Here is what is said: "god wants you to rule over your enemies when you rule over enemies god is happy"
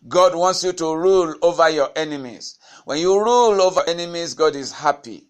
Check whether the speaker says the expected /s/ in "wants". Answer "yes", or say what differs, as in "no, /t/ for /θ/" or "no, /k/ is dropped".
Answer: yes